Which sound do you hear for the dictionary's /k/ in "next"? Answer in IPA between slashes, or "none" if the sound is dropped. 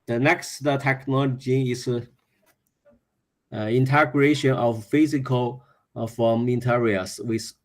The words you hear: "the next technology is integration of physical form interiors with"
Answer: /k/